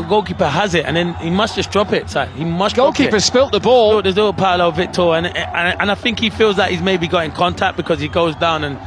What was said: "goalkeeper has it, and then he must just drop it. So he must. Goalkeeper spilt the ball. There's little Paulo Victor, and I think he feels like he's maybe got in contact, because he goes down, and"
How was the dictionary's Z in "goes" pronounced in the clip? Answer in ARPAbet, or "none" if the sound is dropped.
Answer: Z